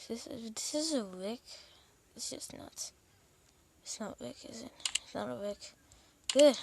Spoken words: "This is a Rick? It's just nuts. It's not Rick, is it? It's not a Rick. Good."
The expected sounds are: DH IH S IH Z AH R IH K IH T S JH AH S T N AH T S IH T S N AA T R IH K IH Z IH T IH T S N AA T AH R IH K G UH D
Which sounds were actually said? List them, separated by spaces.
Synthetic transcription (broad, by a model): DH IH S IH Z AH W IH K IH T S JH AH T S N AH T IH T S N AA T W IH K IH Z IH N IH T S N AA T AH W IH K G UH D